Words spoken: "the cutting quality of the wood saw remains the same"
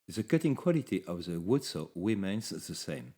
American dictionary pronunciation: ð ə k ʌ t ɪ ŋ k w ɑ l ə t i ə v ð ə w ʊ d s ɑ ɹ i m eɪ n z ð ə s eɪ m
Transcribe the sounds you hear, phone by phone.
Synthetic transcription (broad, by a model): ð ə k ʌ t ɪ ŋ k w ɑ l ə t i ə v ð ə w ʊ d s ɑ w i m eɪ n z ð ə s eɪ m